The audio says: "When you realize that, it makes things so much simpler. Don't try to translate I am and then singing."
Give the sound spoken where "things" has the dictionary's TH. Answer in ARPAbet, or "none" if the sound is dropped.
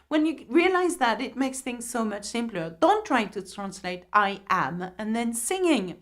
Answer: TH